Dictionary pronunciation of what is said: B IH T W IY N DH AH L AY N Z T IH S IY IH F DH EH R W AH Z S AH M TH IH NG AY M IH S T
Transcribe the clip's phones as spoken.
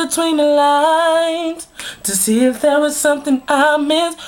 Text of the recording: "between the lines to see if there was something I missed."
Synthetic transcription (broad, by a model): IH T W IY N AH L AY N T IH S IY IH F DH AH R W AH Z S AH M TH IH NG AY M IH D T